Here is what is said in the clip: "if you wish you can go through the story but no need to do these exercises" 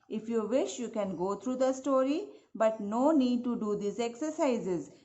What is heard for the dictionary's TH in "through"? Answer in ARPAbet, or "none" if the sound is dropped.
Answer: T